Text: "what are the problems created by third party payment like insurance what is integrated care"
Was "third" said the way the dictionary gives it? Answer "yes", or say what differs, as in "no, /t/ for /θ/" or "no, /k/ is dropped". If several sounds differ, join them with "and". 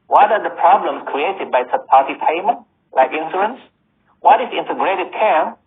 no, /s/ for /θ/